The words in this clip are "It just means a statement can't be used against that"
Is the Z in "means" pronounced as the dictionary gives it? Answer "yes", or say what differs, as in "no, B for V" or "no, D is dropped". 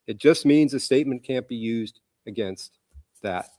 yes